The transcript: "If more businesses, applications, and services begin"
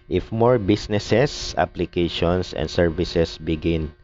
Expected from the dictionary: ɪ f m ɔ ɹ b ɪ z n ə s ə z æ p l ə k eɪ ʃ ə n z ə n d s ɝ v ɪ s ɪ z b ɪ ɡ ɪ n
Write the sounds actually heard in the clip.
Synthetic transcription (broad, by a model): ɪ f m ɔ ɹ b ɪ s n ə s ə s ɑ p l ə k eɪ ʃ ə n s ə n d s ɝ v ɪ s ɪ s b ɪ ɡ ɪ n